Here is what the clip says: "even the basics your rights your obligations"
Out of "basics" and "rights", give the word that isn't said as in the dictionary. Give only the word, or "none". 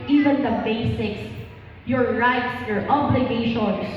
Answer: none